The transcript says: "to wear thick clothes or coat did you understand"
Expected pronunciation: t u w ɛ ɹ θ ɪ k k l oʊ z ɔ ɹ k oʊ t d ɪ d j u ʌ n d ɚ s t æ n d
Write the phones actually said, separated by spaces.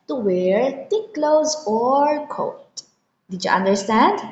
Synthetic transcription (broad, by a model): t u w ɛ ɹ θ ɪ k k l oʊ z ɔ ɹ k oʊ t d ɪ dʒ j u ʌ n d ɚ s t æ n d